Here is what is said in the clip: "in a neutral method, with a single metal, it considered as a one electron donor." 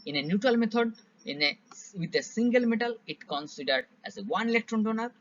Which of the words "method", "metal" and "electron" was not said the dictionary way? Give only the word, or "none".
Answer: method